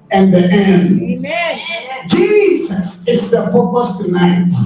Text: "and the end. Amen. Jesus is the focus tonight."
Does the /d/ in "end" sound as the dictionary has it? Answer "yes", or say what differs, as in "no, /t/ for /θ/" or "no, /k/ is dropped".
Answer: no, /d/ is dropped